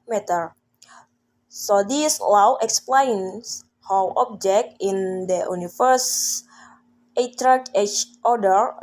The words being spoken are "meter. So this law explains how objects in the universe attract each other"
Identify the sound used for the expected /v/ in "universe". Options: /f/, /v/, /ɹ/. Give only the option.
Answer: /f/